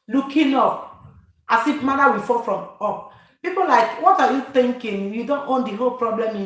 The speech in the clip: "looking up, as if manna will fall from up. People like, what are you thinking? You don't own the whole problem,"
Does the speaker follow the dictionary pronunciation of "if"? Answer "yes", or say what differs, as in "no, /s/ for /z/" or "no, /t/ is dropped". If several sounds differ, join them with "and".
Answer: no, /p/ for /f/